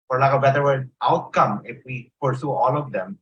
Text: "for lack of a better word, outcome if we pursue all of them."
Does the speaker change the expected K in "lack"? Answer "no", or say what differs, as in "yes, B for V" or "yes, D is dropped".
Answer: yes, K is dropped